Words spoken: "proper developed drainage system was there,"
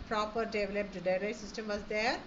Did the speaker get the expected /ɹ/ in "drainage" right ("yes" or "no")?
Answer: no